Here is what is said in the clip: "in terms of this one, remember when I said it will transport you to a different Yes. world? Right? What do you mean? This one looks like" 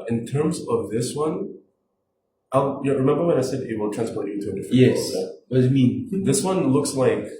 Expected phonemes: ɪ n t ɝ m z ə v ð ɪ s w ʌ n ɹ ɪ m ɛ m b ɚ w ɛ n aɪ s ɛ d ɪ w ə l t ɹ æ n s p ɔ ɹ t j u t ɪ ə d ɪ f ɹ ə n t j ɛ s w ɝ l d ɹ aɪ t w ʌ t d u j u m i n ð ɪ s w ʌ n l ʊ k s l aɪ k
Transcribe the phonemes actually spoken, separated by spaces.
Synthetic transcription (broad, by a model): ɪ n t ɝ m z ə v ð ɪ s w ʌ n ɹ ɪ m ɛ m b ɚ w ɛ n aɪ s ɛ d ɪ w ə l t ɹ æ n s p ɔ ɹ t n t ɪ ə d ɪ f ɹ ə j ɛ s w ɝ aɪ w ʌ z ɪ m i n ð ɪ s w ʌ n l ʊ k s l aɪ k